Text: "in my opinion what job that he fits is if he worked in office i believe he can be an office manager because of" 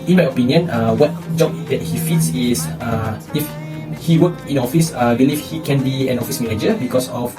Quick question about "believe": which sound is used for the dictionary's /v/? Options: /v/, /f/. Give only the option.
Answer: /f/